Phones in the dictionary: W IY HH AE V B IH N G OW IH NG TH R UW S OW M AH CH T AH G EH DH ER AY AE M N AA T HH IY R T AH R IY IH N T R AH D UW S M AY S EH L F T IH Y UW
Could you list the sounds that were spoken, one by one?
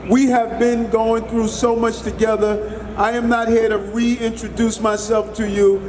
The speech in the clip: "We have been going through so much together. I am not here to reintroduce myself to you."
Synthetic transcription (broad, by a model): W IY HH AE V B IH N G OW IH NG TH R UW S OW M AH CH T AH G EH DH ER AY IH M N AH T HH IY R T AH R IY IH N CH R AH D UW S M AY S EH L F T IH Y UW